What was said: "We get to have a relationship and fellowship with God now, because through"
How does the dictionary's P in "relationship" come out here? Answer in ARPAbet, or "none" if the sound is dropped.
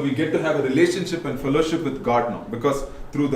P